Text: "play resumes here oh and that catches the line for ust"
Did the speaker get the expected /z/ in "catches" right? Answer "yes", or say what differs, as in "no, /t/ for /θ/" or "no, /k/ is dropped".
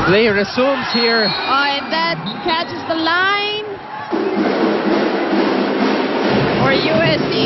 yes